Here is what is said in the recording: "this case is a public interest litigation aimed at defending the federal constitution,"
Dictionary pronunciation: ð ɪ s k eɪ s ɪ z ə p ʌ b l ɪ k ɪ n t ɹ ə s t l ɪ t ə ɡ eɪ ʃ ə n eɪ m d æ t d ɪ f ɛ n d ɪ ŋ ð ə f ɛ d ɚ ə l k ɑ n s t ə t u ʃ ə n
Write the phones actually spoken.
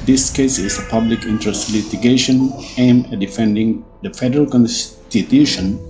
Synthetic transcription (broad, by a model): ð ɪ s k eɪ s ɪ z ə p ʌ b l ɪ k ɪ n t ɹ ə s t l ɪ t ə ɡ eɪ ʃ ə n eɪ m æ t d ɪ f ɛ n d ɪ ŋ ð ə f ɛ d ɚ ə l k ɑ n s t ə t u ʃ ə n